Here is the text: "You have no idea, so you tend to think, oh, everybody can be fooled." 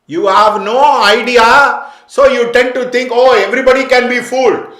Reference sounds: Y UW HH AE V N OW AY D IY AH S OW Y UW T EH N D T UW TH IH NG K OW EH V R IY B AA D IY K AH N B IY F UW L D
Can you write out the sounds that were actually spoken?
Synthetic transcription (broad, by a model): Y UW HH AE V N OW AY D IY AH S OW Y UW T EH N D T UW T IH NG K OW EH V R IY B AA D IY K AH N B IY F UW L D